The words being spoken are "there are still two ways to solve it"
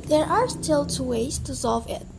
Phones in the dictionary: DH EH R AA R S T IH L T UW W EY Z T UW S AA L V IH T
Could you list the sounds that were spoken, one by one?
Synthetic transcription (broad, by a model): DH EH R AA R S T IH L T UW W EY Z T UW S AA L V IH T